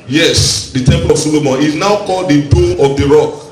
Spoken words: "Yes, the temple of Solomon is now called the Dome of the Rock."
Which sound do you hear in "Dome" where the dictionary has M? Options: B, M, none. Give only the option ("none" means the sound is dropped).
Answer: none